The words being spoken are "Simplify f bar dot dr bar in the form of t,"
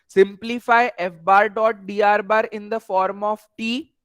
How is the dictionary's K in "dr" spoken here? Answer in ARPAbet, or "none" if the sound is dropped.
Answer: none